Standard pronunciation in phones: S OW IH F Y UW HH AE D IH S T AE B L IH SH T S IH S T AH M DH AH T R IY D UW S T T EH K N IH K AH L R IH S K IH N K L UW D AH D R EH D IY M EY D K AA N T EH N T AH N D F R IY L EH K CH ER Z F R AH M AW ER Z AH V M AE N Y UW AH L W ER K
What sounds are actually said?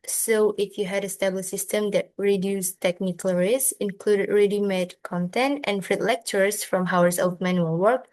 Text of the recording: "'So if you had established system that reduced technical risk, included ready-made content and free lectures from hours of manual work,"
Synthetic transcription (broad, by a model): S OW IH F Y UW HH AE D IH S T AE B L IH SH S IH S T AH M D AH T R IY D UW S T T EH K N IH K AH L R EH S IH N K L UW D AH D R EH D IY M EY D K AA N T EH N T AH N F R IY L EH K CH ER S F R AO M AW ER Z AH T M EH N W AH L W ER K